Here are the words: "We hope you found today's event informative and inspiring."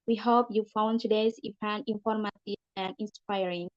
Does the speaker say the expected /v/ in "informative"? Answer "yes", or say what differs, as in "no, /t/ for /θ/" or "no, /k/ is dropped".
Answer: no, /v/ is dropped